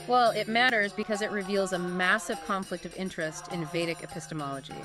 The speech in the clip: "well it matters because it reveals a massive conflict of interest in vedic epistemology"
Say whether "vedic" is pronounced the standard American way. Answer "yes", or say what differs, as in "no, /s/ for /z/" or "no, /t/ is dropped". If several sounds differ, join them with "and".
yes